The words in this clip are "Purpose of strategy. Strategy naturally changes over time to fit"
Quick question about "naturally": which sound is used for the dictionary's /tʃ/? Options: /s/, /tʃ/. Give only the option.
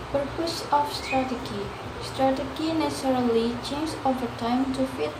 /s/